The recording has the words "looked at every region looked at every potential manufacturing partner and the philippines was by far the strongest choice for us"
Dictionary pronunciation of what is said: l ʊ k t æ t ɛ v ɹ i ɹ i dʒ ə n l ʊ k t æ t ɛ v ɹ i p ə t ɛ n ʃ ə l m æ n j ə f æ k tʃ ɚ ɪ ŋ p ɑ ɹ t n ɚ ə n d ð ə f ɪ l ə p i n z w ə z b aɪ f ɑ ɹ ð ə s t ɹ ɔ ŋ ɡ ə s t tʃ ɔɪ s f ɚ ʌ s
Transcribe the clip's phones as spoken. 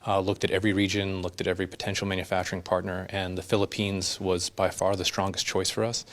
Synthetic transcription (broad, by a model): l ʊ k t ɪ t ɛ v ɹ i ɹ i dʒ ə n l ʊ k t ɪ t ɛ v ɹ i p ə t ɛ n ʃ l m æ n j ə f æ k tʃ ɚ ɪ ŋ p ɑ ɹ t n ɚ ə n ð ə f ɪ l ə p i n z w ə z b aɪ f ɑ ɹ ð ə s t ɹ ɔ ŋ ɡ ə s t tʃ ɔɪ s f ɚ ʌ s